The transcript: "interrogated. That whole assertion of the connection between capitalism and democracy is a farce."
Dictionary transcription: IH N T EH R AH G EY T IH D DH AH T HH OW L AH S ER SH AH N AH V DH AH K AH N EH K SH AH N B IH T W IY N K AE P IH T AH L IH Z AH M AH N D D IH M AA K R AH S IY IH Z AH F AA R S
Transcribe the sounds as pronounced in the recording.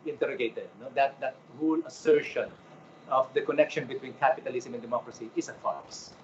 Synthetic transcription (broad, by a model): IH N T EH R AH G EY T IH D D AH T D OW L AH S ER SH AH N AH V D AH K AH N EH K SH AH N B IH T W IY N K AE P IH T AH L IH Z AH M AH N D D IH M AA K R AH S IY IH S AH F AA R S